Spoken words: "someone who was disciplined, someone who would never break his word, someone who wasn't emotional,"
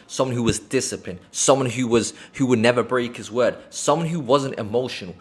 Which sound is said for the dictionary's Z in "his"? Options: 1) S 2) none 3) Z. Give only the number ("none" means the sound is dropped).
3